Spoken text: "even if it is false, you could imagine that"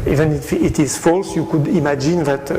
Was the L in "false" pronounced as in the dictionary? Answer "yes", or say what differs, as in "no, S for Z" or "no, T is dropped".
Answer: yes